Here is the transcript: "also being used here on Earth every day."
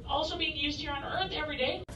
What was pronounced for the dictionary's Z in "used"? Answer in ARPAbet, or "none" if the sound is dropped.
Z